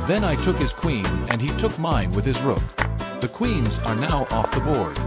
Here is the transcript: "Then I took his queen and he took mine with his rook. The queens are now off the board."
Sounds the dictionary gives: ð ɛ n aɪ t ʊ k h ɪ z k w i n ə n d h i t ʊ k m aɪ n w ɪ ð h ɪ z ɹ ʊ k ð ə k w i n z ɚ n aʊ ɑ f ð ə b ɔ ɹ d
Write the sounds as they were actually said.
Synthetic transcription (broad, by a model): ð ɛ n aɪ t ʊ k h ɪ z k w i n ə n i t ʊ k m aɪ n w ɪ ð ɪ z ɹ ʊ k ð ə k w i n z ɚ n aʊ ɑ f ð ə b ɔ ɹ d